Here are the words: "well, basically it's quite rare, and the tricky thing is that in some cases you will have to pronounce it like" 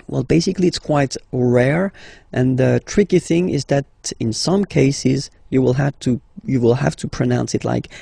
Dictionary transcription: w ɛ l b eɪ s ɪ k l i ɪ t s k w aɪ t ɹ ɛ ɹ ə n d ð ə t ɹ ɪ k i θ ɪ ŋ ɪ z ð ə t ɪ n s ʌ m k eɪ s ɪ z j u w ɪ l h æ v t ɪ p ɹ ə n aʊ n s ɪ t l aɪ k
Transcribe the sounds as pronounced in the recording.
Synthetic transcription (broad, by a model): w ɛ l b eɪ s ɪ k l i ɪ t s k w aɪ t ɹ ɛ ɹ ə n ð ə t ɹ ɪ k i θ ɪ ŋ ɪ z ð ə t ɪ n s ʌ m k eɪ s ɪ z j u w ɪ l h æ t t ɪ p ɹ ə n aʊ n s ɪ t l aɪ k